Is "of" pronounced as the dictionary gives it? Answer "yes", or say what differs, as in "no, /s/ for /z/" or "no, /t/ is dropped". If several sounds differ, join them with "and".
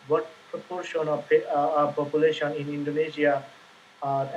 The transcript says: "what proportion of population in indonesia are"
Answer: no, /p/ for /v/